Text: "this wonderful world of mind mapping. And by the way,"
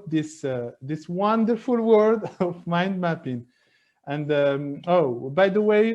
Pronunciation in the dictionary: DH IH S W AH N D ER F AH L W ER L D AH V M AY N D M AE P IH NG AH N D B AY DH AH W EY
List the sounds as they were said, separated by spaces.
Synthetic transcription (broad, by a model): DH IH S W AH N D ER F AH L W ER D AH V M AY N D M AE P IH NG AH N D B AY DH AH W EY